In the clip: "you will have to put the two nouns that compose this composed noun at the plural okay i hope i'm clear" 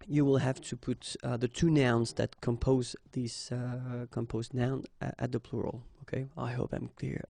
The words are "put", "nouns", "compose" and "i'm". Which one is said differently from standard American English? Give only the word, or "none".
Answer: none